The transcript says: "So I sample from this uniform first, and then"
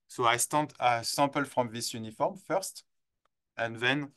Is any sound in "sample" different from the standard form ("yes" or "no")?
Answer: no